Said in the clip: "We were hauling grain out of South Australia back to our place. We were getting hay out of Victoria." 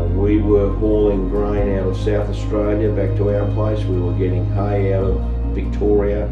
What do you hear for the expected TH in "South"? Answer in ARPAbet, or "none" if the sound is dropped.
TH